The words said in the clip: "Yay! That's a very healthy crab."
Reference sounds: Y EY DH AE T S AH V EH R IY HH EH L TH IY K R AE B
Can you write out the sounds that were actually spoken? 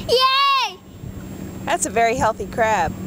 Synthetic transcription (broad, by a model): Y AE DH AE T S AH V EH R IY HH EH L TH IY K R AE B